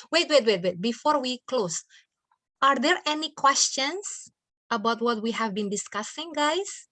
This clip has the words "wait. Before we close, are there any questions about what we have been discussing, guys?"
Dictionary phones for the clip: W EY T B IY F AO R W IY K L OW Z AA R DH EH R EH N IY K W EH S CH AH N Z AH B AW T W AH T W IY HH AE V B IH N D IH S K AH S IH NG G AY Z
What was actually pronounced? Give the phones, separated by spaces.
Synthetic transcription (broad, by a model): W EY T B IY F AO R W IY K L OW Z AA R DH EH R EH N IY K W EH S CH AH N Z AH B AW T W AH T W IY HH AE V B IH N D IH S K AH S IH NG G AY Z